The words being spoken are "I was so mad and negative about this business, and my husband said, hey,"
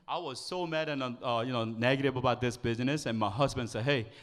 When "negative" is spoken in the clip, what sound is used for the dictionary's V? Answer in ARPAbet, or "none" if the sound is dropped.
B